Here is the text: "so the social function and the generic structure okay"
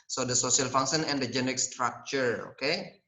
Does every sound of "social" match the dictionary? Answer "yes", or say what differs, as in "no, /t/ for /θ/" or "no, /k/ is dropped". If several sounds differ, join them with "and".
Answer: no, /s/ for /ʃ/